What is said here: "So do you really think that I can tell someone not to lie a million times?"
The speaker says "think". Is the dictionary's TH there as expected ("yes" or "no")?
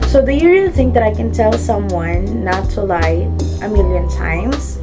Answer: yes